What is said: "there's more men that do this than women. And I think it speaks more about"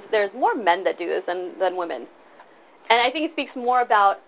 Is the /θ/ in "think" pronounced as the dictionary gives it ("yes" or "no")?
yes